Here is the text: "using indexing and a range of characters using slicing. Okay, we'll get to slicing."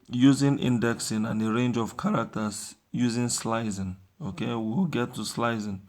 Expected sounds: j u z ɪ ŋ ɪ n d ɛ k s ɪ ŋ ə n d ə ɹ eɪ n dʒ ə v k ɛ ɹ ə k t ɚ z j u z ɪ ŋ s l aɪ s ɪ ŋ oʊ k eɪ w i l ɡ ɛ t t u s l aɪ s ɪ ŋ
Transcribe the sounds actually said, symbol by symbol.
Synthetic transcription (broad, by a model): j u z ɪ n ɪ n d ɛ k s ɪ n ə n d ə ɹ eɪ n dʒ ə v k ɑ ɹ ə k t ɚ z j u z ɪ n s l aɪ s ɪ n oʊ k eɪ w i w ɡ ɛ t t u s l aɪ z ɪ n